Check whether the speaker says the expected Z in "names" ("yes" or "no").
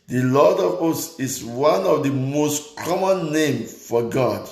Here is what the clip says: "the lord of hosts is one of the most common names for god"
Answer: no